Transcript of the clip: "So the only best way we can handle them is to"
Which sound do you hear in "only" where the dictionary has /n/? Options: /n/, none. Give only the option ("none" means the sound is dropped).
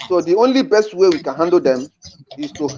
/n/